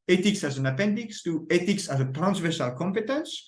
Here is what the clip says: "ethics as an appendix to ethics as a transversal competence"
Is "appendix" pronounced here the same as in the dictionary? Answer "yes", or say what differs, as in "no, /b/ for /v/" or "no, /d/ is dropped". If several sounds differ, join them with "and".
yes